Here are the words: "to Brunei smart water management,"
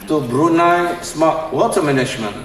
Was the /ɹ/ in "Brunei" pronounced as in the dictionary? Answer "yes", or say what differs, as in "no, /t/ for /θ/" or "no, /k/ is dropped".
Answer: yes